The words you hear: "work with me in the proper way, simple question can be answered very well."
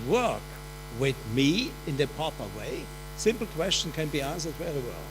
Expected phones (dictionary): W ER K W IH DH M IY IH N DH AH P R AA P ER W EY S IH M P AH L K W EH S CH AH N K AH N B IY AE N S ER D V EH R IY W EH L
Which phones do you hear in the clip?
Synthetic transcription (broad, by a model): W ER K W IH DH M IY IH N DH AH P AA P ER W EY S IH M P L K W EH S CH AH N K AH N B IY AE N S ER D W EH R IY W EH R